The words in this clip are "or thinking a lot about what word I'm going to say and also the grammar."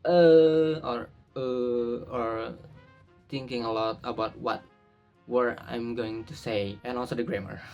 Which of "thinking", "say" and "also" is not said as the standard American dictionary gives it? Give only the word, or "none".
thinking